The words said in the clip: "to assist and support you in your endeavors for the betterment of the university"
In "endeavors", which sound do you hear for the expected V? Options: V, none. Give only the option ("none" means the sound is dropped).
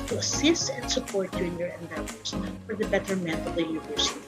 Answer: none